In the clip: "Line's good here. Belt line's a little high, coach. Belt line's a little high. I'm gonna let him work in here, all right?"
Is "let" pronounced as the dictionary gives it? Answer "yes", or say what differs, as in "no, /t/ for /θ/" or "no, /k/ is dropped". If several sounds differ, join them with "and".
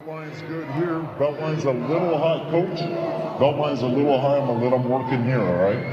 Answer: no, /t/ is dropped